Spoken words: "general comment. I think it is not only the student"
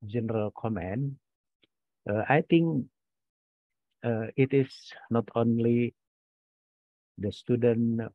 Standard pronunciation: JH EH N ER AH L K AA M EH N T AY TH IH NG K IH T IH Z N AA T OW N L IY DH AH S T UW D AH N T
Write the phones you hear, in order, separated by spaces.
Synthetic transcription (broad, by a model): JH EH N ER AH L K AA M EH N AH AY T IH NG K IH T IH S N AA T OW N L IY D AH S T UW D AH N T